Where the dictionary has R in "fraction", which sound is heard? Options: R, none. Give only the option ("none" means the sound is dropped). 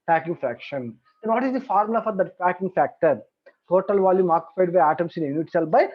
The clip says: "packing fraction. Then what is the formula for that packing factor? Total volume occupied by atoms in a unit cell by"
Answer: R